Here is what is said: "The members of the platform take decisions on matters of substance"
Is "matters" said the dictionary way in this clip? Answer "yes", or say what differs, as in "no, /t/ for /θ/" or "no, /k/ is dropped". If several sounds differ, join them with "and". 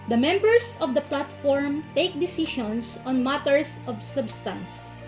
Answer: no, /s/ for /z/